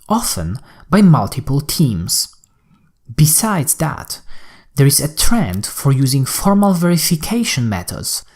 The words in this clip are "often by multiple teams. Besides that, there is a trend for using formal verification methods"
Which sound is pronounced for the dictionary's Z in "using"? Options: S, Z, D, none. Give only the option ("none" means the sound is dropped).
Z